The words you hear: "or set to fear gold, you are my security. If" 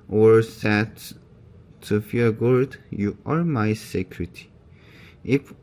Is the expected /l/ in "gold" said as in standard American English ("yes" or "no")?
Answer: no